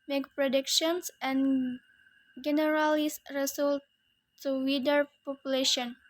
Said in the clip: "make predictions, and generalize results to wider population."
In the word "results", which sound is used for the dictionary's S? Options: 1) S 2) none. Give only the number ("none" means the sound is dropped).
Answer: 2